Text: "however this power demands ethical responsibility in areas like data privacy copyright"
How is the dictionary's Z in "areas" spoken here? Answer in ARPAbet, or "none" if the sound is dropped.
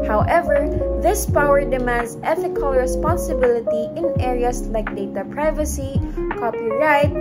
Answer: S